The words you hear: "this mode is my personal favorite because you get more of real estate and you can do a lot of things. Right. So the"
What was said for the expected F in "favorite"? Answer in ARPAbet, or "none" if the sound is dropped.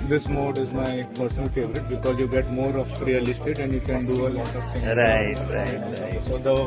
F